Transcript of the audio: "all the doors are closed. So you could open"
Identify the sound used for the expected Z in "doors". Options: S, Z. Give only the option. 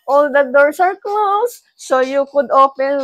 S